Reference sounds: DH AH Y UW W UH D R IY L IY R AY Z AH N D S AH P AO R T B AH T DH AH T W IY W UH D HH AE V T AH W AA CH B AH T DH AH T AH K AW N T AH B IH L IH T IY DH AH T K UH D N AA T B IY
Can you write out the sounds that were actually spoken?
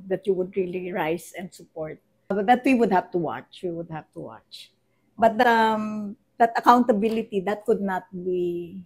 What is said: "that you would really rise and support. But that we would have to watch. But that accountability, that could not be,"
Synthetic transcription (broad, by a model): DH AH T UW W UH D R IY L IY R AY S AH N D S AH P AO R T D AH T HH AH T W IY W UH D HH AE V T AH W AA CH B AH T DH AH T AH K AW N T AH B IH L IH T IY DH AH T K UH D N AA T B IY